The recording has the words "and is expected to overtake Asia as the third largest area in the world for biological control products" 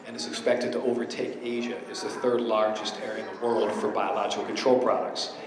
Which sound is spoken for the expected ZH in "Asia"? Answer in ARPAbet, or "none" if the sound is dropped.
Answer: ZH